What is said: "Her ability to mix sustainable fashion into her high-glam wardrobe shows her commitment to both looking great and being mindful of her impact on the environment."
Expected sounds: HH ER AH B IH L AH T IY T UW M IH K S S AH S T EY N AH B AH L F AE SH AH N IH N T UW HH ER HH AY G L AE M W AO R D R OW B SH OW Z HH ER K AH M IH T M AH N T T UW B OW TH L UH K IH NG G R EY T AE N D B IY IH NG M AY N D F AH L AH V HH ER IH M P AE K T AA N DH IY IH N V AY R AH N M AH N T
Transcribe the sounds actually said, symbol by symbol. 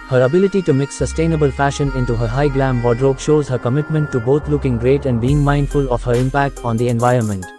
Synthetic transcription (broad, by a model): HH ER AH B IH L AH T IY T UW M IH K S S AH S T EY N AH B AH L F AE SH AH N IH N T UW HH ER HH AY G L AE M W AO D R OW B SH OW Z HH ER K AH M IH T M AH N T T UW B OW T L UH K IH NG G R EY T AE N D B IY IH NG M AY N D F AH L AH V HH ER IH M P AE K T AA N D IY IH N V AY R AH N M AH N T